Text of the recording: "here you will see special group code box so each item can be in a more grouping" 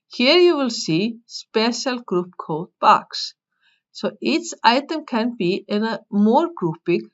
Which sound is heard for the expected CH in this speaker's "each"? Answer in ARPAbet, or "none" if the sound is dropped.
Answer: S